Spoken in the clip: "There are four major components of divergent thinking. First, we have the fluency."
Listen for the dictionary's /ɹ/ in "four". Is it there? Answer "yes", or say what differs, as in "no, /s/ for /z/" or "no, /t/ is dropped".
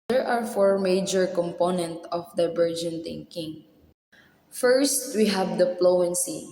yes